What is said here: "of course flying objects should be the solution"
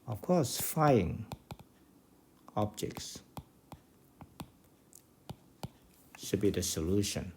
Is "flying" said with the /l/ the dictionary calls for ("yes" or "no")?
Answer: no